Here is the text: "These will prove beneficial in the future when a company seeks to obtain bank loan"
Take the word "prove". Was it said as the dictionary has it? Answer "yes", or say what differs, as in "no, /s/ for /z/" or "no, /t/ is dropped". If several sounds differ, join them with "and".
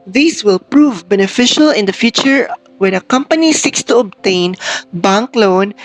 yes